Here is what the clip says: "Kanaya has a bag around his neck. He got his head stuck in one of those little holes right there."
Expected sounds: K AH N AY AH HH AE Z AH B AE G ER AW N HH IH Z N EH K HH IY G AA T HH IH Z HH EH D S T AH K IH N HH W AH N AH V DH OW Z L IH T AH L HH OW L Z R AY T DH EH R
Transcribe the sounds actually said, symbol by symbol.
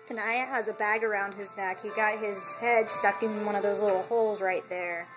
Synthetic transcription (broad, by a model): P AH N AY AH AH Z AH B AE G ER AW N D IH Z N EH K HH IY G AA T HH IH Z HH EH D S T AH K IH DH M W AH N AH V DH OW Z L IH T L HH OW L Z R AY T DH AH R